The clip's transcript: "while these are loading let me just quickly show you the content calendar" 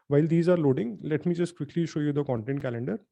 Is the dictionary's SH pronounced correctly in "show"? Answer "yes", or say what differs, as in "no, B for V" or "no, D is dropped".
yes